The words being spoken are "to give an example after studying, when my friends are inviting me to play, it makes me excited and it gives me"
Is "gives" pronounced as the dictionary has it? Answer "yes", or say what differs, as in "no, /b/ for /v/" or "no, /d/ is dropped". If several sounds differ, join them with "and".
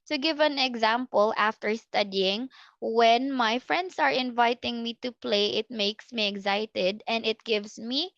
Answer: no, /s/ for /z/